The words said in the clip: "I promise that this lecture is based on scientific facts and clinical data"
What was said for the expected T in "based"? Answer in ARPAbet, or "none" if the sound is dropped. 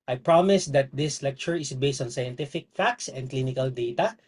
T